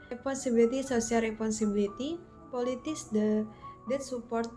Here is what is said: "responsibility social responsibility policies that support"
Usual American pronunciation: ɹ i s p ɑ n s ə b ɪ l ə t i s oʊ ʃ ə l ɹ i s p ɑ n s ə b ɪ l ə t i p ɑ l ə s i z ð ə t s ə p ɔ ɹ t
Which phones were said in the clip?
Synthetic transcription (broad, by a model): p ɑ n s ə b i l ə t i s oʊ s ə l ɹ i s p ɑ n s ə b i l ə t i p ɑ l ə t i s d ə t s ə p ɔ ɹ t